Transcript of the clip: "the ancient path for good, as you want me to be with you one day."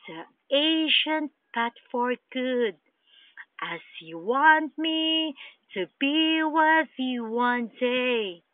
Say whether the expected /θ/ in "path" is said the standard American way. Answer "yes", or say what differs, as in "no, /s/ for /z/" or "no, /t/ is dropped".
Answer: no, /t/ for /θ/